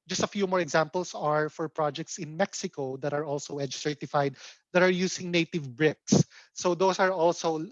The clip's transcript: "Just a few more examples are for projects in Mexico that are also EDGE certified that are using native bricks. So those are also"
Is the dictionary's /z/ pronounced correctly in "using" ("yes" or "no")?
no